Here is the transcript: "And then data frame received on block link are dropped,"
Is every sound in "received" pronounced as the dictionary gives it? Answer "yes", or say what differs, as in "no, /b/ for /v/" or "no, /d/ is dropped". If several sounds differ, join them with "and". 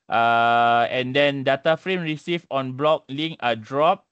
no, /d/ is dropped